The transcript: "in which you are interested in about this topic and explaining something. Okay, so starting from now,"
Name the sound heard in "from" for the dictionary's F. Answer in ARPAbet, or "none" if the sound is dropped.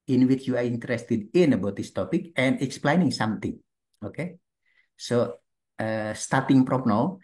P